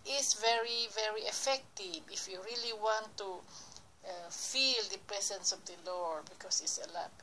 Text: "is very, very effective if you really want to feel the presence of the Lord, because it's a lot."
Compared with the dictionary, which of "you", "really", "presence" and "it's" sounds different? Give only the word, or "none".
presence